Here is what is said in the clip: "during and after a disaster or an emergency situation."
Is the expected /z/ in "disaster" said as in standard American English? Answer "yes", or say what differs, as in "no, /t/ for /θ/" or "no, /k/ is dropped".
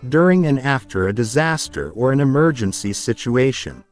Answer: yes